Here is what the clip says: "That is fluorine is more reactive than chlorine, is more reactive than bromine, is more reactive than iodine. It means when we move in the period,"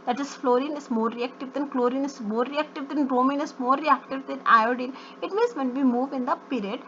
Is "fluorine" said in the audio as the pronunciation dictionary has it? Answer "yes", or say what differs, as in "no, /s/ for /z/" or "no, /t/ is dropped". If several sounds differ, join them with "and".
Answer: yes